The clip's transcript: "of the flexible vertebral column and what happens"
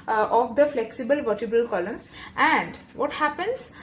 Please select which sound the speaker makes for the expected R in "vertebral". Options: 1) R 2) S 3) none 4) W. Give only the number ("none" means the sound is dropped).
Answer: 3